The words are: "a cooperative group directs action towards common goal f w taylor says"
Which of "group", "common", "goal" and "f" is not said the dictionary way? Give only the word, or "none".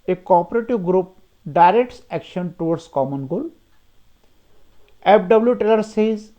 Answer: f